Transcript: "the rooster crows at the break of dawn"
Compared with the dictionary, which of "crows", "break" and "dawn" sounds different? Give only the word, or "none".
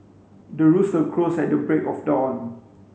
crows